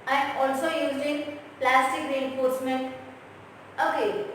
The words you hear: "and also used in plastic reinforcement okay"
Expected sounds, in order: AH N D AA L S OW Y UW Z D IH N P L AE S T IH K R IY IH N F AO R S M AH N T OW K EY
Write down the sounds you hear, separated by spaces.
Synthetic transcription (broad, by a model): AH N AA L S OW Y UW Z IH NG P L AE S T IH K R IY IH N F AO R S M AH N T OW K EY